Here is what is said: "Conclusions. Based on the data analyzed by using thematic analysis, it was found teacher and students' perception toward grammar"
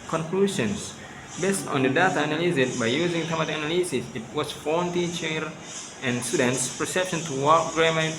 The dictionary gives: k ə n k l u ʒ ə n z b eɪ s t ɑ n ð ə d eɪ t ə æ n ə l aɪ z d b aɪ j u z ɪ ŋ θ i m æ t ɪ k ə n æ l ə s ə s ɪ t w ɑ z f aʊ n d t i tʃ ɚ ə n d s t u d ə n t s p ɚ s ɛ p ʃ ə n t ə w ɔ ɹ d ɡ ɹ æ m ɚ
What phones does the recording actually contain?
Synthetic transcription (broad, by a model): k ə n k l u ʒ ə n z b eɪ s t ɑ n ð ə d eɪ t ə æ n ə l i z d b aɪ j u z ɪ ŋ t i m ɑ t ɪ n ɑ l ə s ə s ɪ t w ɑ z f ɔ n t i tʃ ɚ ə n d s t u d ə n t s p ɚ s ɛ p ʃ ə n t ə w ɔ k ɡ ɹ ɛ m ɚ